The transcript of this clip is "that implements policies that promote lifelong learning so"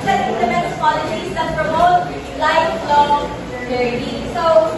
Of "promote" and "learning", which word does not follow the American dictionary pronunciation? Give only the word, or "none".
learning